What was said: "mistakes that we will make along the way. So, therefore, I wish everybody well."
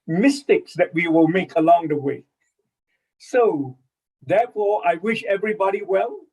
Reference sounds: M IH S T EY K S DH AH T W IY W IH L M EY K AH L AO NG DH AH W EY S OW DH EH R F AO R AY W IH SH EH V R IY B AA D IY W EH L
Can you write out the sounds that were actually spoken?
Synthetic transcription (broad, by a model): M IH S T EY K S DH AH T W IY W IH L M EY K AH L AO NG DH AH W EY S OW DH EH F AO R AY W IH SH EH V R IY B AA D IY W EH L